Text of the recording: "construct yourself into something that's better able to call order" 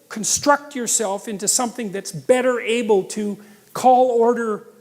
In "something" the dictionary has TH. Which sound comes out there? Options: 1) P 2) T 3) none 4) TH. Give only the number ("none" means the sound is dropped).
4